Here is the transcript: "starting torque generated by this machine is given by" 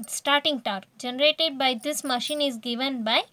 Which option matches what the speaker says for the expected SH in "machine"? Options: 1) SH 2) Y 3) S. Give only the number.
1